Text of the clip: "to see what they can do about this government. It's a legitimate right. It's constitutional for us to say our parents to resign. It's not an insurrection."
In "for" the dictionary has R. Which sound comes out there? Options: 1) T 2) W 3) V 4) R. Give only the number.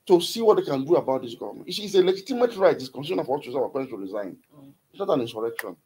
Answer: 2